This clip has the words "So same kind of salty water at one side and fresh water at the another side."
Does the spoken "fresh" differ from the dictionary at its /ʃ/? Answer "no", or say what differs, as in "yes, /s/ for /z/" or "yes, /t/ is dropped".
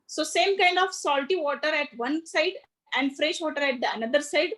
no